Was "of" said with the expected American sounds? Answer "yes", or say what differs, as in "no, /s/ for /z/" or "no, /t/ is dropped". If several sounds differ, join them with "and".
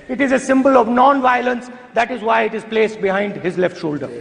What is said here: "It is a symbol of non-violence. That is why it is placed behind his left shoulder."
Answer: yes